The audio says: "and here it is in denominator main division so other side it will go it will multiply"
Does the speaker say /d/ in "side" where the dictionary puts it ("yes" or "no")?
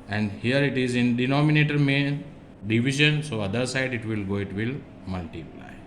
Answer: yes